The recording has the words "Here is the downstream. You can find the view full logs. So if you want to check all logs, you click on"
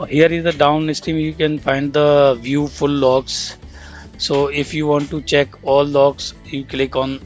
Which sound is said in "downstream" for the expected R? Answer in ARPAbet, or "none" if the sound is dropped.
none